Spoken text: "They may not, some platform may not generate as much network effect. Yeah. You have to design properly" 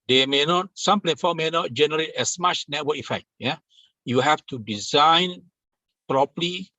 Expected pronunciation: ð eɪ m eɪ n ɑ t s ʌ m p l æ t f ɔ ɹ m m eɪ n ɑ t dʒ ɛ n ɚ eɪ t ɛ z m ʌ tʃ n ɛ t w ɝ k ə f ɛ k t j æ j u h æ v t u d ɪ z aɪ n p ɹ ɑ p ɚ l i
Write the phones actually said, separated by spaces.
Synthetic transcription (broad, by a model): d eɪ m eɪ n ɑ t s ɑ m p l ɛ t f ɔ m m eɪ n ɑ t dʒ ɛ n ɚ eɪ t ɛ s m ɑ tʃ n ɛ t w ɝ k ə f ɛ k t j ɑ j u h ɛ f t u d ɪ z aɪ n p ɹ ɑ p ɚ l i